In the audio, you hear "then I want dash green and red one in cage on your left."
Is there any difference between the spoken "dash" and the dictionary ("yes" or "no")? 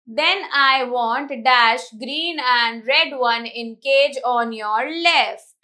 no